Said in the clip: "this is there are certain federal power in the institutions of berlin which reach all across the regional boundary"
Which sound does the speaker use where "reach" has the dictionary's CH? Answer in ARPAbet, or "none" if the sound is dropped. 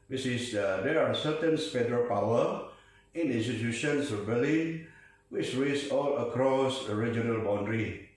S